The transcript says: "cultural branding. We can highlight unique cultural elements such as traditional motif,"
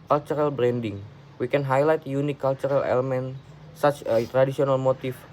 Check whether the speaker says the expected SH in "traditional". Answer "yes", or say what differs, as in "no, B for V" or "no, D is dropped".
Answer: no, S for SH